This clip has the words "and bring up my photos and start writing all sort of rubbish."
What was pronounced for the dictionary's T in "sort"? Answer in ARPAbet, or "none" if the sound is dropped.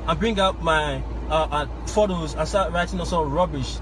none